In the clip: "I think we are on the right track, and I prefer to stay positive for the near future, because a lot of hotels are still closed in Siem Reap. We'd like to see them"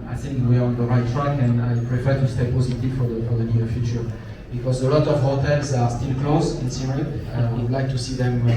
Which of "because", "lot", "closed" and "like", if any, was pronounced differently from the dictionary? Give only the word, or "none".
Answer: closed